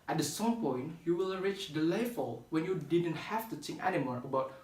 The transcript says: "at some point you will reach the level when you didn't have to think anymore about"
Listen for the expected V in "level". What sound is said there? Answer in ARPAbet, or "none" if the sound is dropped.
F